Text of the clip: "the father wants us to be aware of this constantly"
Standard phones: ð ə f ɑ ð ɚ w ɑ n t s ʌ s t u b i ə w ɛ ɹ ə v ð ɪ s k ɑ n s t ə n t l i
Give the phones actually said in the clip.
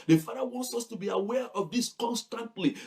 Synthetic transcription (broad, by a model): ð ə f ɑ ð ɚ w ɑ n t s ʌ s t u b i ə w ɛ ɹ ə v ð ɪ s k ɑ n s t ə n t l i